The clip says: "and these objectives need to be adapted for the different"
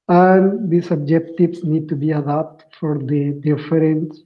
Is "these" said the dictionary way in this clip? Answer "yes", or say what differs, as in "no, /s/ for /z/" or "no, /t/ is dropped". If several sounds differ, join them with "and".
no, /s/ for /z/